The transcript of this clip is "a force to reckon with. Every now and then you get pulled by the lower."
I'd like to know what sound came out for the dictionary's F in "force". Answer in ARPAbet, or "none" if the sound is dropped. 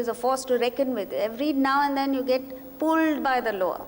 F